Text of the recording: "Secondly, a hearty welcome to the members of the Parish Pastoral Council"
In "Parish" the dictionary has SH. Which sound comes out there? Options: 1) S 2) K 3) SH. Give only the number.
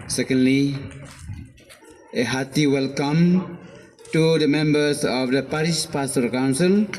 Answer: 1